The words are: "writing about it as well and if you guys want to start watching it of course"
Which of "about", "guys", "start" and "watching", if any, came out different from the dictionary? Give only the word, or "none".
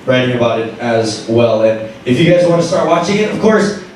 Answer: none